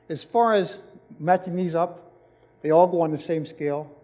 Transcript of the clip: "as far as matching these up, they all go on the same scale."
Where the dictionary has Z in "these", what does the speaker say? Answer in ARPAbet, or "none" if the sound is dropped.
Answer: Z